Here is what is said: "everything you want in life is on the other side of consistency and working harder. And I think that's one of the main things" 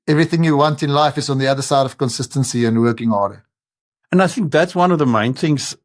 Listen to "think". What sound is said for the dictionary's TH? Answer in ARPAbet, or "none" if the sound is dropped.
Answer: TH